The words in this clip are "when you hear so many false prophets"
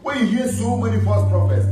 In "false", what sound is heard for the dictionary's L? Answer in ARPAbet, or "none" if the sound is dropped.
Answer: none